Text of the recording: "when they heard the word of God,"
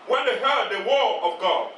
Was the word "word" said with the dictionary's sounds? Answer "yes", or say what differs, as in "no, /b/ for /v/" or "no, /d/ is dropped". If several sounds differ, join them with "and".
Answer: no, /d/ is dropped